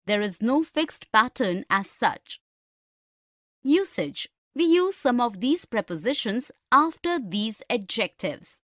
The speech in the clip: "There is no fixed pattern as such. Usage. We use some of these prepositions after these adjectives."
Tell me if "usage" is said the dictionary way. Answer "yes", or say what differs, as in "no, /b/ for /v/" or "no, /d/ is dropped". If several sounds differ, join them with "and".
yes